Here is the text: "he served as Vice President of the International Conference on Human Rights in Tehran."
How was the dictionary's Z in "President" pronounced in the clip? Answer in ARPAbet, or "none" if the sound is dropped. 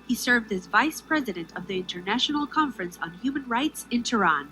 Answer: Z